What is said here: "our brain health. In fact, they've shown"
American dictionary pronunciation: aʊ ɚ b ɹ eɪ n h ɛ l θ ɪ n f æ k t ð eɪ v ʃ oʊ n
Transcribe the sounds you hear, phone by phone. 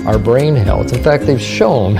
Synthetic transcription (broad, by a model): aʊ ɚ b ɹ eɪ n h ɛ l s ɪ n f æ k t ð eɪ v ʃ oʊ n